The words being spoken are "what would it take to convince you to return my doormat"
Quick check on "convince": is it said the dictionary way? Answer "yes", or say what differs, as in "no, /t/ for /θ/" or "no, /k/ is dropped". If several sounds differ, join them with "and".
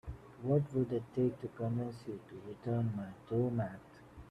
no, /v/ is dropped